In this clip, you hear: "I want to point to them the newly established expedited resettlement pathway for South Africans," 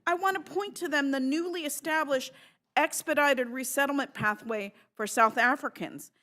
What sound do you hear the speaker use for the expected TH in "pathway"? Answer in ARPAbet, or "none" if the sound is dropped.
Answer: TH